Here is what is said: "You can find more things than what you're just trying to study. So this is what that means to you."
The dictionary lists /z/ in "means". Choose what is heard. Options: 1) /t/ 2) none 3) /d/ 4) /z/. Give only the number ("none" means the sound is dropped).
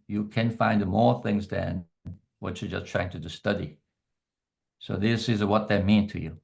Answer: 2